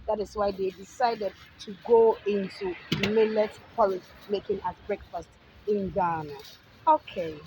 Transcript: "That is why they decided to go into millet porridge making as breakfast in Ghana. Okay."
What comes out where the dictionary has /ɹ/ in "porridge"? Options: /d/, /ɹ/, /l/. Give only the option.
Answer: /l/